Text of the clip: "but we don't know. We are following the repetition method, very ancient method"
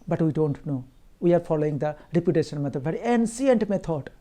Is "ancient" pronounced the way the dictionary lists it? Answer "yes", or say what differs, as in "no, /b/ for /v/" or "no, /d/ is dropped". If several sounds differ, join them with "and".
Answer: no, /s/ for /ʃ/